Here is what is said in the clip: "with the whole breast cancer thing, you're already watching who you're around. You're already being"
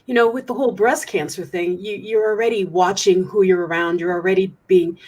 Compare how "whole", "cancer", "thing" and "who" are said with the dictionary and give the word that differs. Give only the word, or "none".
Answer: none